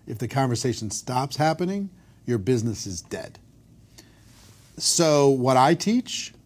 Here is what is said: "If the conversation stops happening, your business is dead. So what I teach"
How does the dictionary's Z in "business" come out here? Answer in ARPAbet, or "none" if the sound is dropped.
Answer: Z